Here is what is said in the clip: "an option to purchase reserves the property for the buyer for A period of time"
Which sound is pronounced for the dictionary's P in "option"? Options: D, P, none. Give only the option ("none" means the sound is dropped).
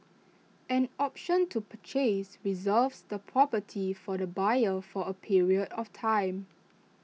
P